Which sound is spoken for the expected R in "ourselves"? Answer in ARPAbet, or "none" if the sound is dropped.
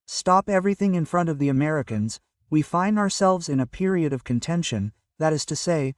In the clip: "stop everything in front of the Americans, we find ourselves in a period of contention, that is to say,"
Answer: R